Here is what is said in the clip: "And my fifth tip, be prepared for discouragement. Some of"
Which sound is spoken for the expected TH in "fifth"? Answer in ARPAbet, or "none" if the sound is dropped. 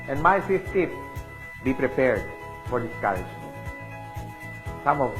S